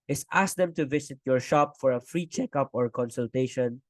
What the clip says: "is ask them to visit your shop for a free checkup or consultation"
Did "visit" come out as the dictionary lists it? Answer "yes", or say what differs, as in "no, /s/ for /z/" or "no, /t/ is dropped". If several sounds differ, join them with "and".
no, /s/ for /z/